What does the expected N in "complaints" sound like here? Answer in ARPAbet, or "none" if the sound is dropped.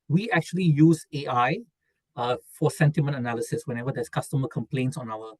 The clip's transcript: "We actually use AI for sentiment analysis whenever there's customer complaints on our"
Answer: N